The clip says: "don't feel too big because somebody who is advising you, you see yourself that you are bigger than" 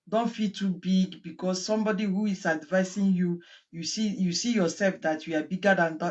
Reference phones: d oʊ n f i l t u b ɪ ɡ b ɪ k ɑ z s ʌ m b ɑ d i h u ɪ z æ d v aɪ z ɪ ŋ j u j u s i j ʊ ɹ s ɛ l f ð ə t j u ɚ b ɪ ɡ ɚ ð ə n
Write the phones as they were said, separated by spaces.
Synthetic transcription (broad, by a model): d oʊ n f i l t u b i ɡ b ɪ k ɑ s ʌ m b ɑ d i h u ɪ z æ d v aɪ s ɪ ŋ j u j u s i j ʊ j s ɛ l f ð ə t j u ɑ b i ɡ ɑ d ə n